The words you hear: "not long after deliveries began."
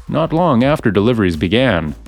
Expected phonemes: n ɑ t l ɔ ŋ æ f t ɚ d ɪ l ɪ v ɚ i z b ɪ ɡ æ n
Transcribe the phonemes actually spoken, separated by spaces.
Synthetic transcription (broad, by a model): n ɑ t l ɔ ŋ æ f t ɚ d ɪ l ɪ v ɚ i z b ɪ ɡ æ n